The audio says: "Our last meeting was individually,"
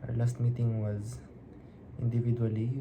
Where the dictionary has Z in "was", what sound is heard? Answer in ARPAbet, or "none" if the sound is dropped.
Z